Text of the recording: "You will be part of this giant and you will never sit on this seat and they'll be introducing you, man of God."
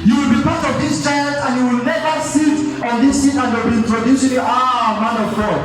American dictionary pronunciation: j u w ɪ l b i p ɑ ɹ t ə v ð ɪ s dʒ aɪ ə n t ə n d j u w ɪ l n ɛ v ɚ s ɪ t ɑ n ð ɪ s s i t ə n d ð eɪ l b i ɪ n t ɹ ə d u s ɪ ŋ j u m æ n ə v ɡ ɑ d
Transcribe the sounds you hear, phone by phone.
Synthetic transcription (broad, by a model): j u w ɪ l b i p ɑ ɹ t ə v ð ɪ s tʃ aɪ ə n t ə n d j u w ɪ l n ɛ v ɚ s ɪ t ɑ n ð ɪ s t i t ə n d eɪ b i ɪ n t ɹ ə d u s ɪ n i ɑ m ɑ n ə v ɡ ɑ